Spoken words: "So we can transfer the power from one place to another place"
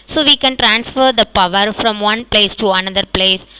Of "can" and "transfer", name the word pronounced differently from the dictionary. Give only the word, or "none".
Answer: none